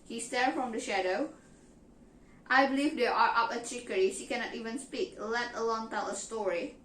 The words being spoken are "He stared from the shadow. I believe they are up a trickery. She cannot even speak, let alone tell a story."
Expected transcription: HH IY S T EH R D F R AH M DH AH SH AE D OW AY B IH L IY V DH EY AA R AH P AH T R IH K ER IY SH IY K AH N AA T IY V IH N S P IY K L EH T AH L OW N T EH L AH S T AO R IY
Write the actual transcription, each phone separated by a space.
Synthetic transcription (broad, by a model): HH IY S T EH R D F R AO M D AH SH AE D OW AY B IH L IY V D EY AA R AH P AH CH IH K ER IY SH IY K AH N AA T IY V IH N S P IY K L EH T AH L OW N T EH L AH S T AO R IY